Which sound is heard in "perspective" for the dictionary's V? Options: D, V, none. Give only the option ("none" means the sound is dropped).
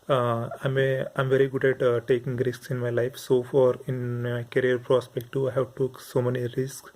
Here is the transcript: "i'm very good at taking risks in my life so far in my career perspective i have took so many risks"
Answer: none